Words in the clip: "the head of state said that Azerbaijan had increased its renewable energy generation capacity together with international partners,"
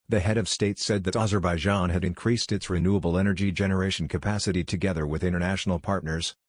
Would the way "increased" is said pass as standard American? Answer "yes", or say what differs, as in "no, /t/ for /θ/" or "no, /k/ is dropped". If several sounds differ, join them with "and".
yes